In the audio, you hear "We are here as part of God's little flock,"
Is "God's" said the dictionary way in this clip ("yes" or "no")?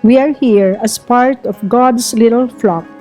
no